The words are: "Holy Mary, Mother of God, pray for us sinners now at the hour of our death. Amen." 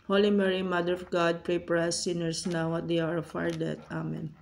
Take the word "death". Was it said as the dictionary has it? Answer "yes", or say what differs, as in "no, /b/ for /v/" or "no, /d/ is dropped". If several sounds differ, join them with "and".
no, /t/ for /θ/